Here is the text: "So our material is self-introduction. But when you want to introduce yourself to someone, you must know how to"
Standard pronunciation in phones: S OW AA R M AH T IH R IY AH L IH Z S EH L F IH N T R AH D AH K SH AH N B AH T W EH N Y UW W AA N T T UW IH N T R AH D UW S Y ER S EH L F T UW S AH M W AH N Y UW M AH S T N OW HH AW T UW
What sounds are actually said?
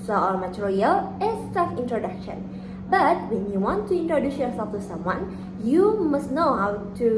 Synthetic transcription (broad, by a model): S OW AA R M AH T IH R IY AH L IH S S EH F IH N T R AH D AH K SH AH N B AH T W EH N Y UW W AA N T T UW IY N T R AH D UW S Y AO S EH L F T UW S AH M W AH N Y UW M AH S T N OW HH AW T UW